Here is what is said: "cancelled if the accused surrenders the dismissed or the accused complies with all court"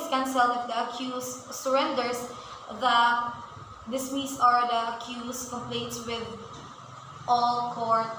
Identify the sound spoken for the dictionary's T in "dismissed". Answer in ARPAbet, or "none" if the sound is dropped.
none